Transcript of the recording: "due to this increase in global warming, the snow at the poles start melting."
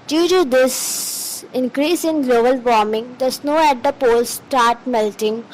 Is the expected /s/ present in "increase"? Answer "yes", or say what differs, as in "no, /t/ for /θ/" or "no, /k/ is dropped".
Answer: yes